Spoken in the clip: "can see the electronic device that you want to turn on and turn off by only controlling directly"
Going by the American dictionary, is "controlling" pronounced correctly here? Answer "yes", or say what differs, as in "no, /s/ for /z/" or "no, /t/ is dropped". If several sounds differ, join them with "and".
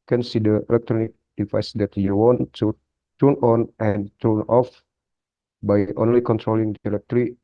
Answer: yes